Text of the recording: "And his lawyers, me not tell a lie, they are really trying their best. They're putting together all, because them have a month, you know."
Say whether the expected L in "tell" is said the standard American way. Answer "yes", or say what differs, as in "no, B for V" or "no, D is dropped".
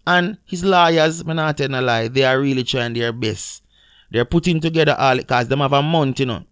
no, N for L